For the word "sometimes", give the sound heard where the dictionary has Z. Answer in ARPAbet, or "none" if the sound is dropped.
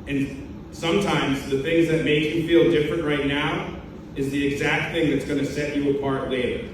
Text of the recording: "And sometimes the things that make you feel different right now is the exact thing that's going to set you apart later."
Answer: Z